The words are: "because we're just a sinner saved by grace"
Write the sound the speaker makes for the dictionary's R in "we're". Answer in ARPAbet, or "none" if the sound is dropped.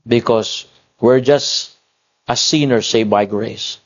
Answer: R